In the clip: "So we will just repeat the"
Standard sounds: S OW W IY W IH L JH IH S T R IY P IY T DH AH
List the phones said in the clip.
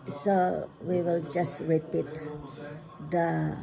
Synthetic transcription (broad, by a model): S OW W IY W IH L JH IH S T R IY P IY T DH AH